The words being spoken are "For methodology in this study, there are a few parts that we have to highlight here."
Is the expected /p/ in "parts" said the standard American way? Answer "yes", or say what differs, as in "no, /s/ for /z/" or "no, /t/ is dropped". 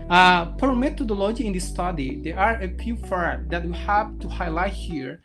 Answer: no, /f/ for /p/